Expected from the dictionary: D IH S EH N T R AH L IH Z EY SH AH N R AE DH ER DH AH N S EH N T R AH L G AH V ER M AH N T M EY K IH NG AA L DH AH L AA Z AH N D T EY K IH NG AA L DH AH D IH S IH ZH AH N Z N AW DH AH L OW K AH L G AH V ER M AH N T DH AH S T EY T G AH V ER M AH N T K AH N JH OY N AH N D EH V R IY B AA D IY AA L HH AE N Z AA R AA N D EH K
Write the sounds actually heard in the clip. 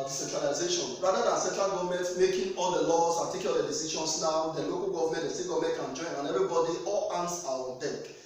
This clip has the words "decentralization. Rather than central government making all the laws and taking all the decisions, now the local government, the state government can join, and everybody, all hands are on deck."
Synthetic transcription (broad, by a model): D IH S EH N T R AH L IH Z EY SH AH N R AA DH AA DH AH N S EH N T R AH L G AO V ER M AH N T M EY K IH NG AA L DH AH L AA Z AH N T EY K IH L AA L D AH D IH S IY SH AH N S N AW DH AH L OW K AH L G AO V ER M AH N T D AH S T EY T G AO V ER M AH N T K AH N JH OY N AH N EH V R IY B AA D IY AA L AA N S AA W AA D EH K